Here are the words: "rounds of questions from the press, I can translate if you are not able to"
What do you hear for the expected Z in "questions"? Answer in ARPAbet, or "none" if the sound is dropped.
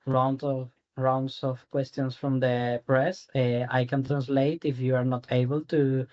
S